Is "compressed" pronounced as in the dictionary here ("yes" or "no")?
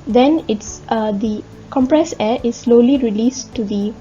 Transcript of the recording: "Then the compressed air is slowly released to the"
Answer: no